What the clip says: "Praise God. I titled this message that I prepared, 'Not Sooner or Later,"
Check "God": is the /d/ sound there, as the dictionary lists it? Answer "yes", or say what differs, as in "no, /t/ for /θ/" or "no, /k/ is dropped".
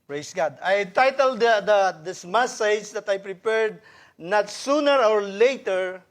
yes